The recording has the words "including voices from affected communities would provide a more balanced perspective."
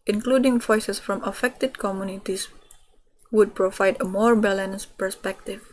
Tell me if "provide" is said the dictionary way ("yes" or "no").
yes